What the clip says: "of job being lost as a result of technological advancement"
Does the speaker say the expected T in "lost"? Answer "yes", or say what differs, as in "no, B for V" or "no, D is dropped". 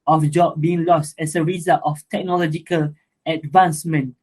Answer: yes